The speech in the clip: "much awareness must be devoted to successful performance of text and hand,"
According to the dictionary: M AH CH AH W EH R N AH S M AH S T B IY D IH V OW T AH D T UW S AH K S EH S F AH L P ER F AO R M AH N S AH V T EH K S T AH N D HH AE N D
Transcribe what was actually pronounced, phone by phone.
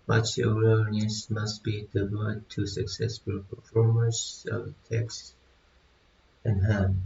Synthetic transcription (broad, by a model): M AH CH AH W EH L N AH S M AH S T B IY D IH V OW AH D T UW S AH K S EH S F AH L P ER F AO R M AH S AH V T EH K S T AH N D HH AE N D